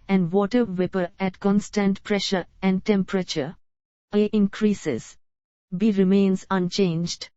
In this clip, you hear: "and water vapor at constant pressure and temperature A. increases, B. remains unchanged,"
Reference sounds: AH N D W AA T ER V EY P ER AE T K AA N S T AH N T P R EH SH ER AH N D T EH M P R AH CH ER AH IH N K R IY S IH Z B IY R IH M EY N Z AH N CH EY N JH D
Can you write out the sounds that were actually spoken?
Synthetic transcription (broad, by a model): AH N D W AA T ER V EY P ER AE T K AA N S T AH N T P R EH SH ER AH N D T EH M P R AH CH ER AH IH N K R IY S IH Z B IY R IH M EY N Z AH N CH EY N JH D